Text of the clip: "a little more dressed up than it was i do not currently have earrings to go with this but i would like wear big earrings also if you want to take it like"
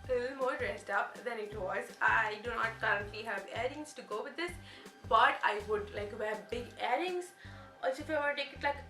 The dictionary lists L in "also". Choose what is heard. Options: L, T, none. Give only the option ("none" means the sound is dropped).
none